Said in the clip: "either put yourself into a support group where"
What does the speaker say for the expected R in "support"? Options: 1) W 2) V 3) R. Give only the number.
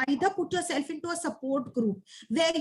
3